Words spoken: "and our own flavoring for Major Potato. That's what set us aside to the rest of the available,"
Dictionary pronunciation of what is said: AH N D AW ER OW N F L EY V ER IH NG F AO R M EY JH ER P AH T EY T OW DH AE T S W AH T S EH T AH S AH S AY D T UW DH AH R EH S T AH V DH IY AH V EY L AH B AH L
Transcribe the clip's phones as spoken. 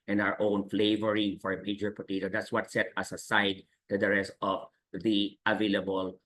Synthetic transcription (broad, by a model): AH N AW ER OW N F L EY V ER IH NG F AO R M EY JH ER P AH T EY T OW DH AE T S W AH T S EH T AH S AH S AY D T UW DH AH R EH S T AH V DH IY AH V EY L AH B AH L